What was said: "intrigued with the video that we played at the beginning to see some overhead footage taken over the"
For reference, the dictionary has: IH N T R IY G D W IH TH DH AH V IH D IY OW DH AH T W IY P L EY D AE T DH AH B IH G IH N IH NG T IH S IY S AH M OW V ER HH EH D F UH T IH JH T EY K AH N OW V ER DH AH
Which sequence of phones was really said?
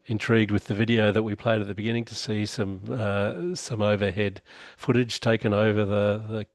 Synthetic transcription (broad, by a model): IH N T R IY G D W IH DH AH V IH D IY OW DH AH T W IY P L EY D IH T DH AH B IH G IH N IH NG T IH S IY S AH M OW V ER HH EH D F UH T IH JH T EY K AH N OW V ER DH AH